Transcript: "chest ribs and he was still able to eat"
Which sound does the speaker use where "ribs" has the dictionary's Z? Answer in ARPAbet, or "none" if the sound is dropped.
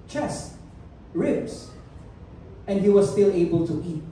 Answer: S